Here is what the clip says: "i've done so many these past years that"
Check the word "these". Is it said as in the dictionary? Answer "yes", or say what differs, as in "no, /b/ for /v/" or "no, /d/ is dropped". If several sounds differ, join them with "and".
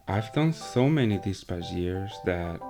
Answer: no, /s/ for /z/